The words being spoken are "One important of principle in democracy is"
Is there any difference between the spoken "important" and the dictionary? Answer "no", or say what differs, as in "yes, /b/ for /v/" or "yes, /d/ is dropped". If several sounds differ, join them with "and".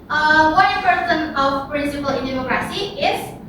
yes, /m/ is dropped and /s/ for /t/